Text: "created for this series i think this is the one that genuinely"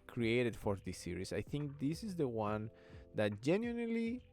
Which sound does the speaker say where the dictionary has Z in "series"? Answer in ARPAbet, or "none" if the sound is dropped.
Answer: S